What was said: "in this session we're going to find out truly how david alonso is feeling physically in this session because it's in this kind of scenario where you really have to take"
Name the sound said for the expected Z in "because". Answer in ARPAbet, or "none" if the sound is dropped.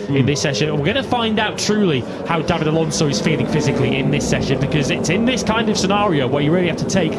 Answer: Z